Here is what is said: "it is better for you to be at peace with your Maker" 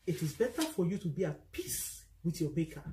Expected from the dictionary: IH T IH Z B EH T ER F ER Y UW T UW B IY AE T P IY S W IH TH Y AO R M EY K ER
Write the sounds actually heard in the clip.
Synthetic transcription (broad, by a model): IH T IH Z B EH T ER F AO Y UW T UW B IY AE T P IY S W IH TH Y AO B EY K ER